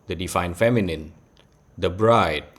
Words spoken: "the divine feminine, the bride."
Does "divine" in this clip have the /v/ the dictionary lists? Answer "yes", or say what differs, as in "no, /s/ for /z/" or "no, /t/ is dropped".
no, /f/ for /v/